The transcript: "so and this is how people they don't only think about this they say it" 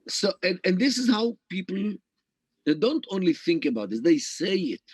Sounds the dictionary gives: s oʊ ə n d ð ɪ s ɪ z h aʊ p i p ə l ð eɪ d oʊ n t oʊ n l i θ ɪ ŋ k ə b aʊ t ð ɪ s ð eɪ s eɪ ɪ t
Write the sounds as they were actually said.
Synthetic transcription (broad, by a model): s oʊ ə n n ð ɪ s ɪ z h aʊ p i p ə l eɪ d oʊ n t oʊ n l i θ ɪ ŋ k ə b aʊ t ð ɪ s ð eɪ s eɪ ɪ t